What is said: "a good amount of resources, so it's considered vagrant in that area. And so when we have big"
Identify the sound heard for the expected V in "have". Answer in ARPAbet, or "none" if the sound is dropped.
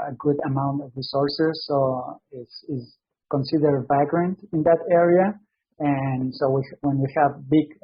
V